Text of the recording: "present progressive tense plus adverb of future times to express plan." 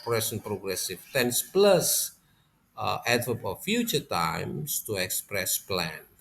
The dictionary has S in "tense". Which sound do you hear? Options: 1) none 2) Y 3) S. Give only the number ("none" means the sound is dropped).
3